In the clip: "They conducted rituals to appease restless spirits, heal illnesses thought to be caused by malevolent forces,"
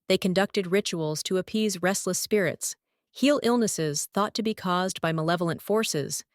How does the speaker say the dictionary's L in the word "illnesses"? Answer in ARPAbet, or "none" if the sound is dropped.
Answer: L